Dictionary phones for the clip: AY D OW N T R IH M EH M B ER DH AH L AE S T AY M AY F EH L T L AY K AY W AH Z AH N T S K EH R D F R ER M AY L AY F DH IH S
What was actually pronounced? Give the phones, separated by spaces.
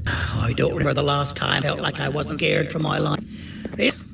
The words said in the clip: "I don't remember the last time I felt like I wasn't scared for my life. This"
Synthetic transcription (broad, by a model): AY D OW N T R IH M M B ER DH AH L AE S T AY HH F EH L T L AY K AY W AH Z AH N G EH R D F R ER M AY L AY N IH